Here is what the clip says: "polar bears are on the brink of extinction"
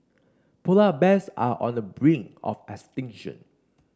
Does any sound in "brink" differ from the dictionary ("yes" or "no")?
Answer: yes